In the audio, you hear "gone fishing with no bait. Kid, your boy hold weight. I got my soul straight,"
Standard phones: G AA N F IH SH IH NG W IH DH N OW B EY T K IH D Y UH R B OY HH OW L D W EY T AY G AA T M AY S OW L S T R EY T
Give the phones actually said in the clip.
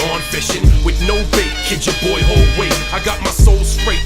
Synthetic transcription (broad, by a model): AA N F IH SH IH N W IH DH N OW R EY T K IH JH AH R B OY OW L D W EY AY G AA T M AY S OW L S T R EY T